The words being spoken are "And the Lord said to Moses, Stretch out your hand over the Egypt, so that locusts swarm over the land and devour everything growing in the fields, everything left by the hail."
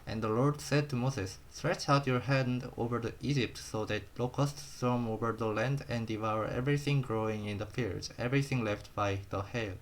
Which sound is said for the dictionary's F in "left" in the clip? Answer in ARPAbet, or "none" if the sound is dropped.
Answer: F